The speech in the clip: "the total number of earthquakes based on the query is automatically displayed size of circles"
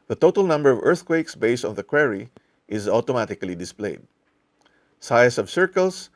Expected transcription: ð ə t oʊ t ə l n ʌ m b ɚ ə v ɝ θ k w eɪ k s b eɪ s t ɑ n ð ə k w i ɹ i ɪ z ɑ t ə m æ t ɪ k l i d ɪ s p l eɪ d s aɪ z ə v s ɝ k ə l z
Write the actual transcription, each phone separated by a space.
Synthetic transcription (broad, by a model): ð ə t oʊ t ə l n ʌ m b ɚ ə v ɝ θ k w eɪ k s b eɪ s t ɑ n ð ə k w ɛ ɹ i ɪ z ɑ t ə m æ t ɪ k l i d ɪ s p l eɪ d s aɪ s ə v s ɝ k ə l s